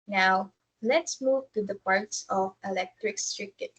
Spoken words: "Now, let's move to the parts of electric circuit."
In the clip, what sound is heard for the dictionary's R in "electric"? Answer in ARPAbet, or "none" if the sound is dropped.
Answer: R